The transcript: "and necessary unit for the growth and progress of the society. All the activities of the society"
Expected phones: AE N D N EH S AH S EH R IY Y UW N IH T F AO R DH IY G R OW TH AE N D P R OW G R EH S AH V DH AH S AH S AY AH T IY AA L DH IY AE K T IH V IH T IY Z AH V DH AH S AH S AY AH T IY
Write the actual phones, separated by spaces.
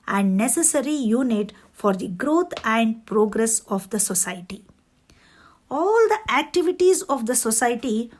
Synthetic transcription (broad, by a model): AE N D N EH S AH S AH R IY Y UW N IH T F AO R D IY G R OW T AE N D P R OW G R EH S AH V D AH S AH S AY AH T IY AA L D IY AE K T IH V IH T IY Z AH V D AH S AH S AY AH T IY